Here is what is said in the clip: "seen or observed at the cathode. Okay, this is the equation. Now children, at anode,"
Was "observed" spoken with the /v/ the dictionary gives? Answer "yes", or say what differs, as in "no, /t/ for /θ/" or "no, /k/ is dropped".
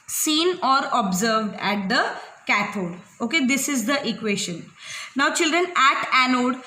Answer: yes